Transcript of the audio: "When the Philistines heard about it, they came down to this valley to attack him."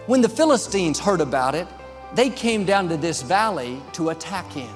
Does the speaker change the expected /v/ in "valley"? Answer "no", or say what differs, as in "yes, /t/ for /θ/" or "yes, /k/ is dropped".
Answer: no